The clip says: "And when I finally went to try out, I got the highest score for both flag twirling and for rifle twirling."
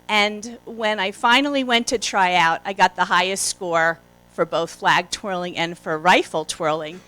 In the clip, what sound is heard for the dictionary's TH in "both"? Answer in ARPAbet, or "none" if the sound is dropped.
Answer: TH